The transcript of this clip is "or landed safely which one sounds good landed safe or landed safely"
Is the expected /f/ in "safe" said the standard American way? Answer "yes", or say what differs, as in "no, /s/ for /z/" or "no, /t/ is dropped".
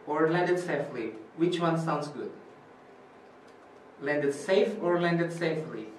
yes